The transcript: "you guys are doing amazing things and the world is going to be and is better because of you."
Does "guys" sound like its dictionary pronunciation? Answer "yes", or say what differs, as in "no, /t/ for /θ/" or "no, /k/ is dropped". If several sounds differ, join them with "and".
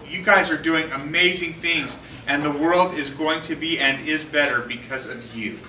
yes